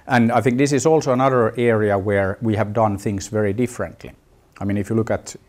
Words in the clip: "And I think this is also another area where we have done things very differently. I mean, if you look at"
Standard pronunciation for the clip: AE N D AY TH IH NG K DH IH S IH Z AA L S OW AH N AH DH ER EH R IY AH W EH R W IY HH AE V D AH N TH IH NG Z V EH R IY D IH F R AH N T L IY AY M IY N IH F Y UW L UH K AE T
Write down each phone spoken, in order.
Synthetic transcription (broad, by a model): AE N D AY TH IH NG K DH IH S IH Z AA L S OW AH N AH DH ER EH R IY AH W EH R W IY HH AE V D AH N TH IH NG S V EH R IY D IH F R AH N T L IY AY M IY N IH F Y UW L UH K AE T